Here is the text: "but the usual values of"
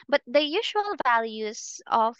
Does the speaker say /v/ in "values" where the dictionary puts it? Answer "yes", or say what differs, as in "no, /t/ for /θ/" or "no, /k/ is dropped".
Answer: yes